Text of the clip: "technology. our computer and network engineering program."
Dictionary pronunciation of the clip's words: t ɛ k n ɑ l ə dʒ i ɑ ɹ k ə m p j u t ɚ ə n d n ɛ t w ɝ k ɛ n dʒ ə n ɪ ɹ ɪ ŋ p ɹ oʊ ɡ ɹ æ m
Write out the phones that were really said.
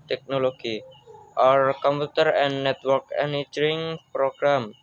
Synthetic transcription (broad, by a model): t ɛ k n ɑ l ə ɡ i ɑ ɹ k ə m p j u t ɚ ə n n ɛ t w ɝ k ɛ n ə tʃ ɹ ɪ ŋ p ɹ oʊ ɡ ɹ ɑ m